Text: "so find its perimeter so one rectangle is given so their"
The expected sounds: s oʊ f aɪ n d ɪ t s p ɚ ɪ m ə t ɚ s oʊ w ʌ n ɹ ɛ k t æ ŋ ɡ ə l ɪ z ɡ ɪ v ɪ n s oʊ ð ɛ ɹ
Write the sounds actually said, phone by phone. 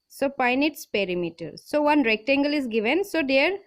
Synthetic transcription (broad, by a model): s oʊ p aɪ n ɪ t s p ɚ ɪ m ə t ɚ s oʊ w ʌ n ɹ ɛ k t æ ŋ ɡ ə l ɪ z ɡ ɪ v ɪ n s oʊ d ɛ ɹ